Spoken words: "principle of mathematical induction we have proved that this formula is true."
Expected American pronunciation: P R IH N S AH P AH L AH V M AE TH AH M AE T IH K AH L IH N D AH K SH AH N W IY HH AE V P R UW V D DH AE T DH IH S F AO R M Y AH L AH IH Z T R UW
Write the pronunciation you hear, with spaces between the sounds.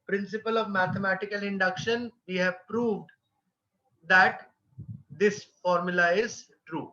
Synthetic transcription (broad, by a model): P R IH N S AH P AH L AH V M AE T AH M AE T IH K AH L IH N D AH K SH AH N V IY HH AE V P R UW V D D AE T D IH S F AO R M Y AH L AH IH Z T R UW